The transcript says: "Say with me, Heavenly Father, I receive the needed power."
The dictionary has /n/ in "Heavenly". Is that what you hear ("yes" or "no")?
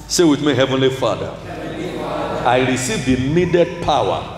yes